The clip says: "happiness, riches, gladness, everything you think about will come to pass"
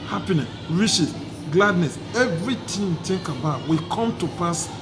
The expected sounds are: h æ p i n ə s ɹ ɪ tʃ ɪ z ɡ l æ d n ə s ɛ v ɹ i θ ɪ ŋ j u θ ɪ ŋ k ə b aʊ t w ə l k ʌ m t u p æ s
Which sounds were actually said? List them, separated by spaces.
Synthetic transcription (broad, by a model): h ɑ p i n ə s ɹ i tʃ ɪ s ɡ l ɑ d n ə s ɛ v ɹ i t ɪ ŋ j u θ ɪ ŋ k ə b aʊ t w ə k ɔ m t u p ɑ s